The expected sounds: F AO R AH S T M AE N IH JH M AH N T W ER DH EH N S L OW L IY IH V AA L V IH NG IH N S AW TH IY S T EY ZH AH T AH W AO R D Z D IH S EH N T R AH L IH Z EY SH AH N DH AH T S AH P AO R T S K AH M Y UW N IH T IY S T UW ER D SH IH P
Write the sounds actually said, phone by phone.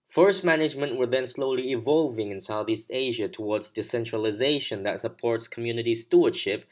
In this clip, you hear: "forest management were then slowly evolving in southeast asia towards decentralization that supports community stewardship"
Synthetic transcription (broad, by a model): F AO R S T M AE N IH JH M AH N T W ER DH EH N S L OW L IY IH V AA L V IH NG IH N S AW TH IY S T EY ZH AH T AH W AO R D Z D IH S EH N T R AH L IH Z EY SH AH N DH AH T S AH P AO R T S K AH M Y UW N IH T IY S T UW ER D SH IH P